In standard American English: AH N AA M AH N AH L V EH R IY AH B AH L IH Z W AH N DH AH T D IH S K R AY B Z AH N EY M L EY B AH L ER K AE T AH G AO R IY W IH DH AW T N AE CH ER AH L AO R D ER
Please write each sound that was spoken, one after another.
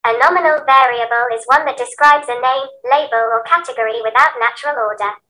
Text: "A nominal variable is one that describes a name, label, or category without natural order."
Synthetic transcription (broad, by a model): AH N AA M AH N AH L V EH R IY AH B AH L IH Z W AH N DH AH T D IH S K R AY B Z AH N EY M L EY B AH L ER K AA T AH G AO R IY W IH DH AW T N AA CH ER AH L AO D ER